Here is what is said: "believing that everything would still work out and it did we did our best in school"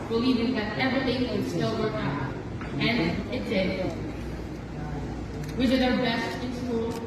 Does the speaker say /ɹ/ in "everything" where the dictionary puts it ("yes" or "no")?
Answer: yes